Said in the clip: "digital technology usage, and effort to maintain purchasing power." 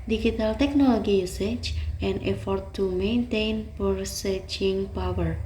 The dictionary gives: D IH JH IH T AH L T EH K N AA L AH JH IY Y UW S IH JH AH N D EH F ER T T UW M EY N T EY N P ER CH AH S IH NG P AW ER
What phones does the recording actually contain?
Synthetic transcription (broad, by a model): D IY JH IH T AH L T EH K N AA L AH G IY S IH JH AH N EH F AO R T UW M EY N T EY N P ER S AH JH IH NG P AW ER